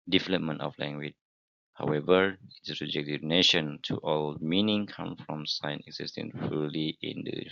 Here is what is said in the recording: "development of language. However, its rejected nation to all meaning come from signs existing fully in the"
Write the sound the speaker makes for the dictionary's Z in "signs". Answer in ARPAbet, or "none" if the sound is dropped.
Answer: none